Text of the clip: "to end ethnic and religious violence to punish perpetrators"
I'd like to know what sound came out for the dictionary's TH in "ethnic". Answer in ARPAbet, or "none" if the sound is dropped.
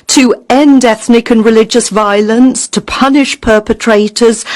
TH